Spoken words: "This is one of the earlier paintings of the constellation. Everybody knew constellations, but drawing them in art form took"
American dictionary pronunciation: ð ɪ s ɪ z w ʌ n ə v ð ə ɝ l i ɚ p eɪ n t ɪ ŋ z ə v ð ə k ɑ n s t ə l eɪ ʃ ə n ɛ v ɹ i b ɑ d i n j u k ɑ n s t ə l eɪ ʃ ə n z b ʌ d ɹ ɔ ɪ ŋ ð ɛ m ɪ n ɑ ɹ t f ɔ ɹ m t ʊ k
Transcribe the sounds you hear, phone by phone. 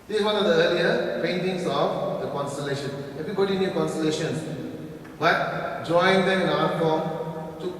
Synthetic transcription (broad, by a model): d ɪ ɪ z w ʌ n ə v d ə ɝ l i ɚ p eɪ n t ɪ ŋ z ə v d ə k ɑ n s t ə l eɪ ʃ ə n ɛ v i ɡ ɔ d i n j u k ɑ n s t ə l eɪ ʃ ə n s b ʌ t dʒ ɔ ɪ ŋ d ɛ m ɪ n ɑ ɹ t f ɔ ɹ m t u